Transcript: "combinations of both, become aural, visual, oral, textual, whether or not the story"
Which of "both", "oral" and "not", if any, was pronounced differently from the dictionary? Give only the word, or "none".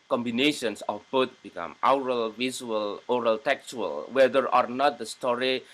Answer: both